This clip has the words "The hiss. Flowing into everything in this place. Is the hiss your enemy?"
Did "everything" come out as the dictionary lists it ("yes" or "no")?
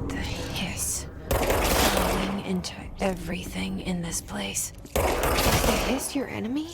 yes